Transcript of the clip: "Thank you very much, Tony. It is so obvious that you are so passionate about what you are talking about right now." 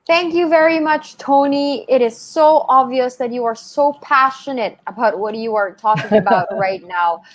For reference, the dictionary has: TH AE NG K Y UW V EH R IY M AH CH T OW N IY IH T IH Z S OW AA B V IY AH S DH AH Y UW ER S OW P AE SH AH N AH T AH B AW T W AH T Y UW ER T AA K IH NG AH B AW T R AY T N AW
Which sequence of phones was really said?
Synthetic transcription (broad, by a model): TH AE NG K Y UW V EH R IY M AH CH T OW N IY IH T IH Z S OW AA B V IY AH S DH AH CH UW ER S OW P AE SH AH N AH T AH B AW T W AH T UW ER T AA K IH NG AH B AW T R AY T N AW